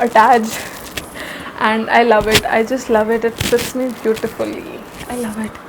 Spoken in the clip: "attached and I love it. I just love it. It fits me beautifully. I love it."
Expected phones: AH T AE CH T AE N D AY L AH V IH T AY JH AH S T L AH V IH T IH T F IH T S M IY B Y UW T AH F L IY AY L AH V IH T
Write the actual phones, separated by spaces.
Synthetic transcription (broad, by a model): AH T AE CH T AE N D AY L AH V IH T AY JH AH S T L AH V IH T IH T P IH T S M IY B Y UW T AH F L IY AY L AH V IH T